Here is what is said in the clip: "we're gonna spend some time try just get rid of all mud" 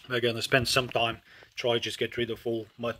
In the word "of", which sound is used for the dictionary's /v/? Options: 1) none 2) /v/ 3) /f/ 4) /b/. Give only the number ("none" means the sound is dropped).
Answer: 3